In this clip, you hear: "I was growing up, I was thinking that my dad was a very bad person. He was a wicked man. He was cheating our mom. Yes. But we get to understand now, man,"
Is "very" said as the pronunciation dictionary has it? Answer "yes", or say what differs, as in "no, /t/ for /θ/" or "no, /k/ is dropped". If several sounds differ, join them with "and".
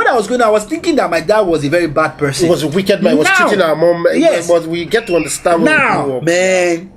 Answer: yes